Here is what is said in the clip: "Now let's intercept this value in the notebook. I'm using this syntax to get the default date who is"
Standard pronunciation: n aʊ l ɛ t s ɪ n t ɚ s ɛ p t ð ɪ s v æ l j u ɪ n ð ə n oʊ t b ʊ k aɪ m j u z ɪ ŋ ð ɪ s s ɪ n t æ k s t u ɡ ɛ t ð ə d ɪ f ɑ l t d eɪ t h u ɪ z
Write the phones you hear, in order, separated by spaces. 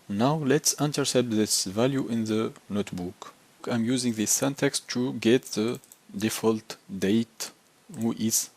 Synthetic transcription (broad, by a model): n aʊ l ɛ t s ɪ n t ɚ s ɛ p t ð ɪ s v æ l j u ɪ n ð ə n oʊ t b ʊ k aɪ m j u z ɪ ŋ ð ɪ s s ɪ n t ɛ k s t u ɡ ɛ t ð ə d ɪ f ɑ l t d eɪ t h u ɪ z